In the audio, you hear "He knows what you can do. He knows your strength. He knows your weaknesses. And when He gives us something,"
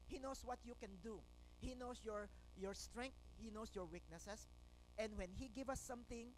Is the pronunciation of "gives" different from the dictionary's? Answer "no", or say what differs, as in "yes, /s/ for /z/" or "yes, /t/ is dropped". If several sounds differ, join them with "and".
yes, /z/ is dropped